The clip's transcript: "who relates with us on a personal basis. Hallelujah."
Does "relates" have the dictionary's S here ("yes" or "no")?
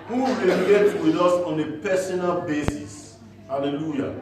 no